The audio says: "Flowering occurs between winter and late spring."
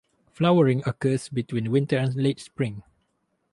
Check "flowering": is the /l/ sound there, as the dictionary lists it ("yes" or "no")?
yes